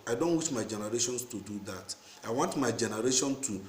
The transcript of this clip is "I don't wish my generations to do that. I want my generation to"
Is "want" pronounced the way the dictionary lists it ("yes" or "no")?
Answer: yes